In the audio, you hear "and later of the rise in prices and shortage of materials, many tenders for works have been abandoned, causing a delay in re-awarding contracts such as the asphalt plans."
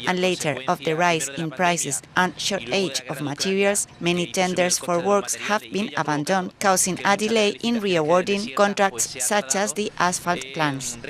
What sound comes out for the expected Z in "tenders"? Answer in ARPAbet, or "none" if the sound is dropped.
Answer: S